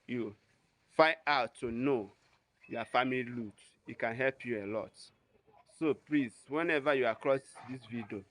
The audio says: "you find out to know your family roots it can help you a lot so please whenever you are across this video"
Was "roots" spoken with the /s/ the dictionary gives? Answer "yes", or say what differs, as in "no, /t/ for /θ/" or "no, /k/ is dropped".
no, /s/ is dropped